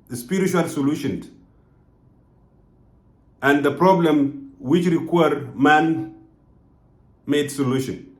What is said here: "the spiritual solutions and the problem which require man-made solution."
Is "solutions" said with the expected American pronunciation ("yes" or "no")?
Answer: no